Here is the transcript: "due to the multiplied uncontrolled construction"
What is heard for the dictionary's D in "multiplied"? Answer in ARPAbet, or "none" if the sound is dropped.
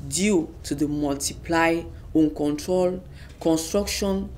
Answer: none